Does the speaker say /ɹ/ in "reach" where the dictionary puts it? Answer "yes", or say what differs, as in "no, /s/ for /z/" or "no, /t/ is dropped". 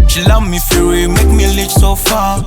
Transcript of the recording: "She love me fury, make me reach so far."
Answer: no, /l/ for /ɹ/